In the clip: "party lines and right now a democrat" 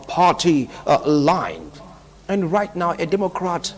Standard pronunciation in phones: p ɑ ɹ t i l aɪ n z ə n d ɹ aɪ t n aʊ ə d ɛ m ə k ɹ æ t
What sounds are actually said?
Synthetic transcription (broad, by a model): p ɑ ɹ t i l aɪ n ə n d ɹ aɪ t n aʊ ə d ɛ m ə k ɹ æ t